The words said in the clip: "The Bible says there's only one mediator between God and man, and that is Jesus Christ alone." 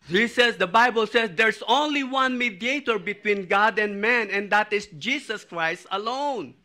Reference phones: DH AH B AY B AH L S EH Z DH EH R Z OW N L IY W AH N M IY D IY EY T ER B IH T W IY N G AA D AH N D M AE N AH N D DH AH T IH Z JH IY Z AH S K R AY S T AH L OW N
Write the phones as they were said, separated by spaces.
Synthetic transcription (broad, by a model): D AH B AY B AH L S EH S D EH R S OW N L IY W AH N M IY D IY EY T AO B IH T W IY N G AA D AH N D M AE N AH N D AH T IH S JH IY S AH S K R AY S T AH L OW N